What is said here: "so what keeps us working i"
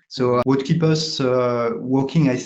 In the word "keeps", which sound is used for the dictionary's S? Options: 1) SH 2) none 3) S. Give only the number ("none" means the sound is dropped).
2